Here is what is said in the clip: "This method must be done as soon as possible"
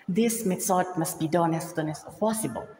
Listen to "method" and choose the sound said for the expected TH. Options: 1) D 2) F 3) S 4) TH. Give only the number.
3